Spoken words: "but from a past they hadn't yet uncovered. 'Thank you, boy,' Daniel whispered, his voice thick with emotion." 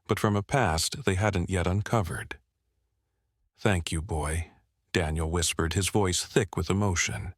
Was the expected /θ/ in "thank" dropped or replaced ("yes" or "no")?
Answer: no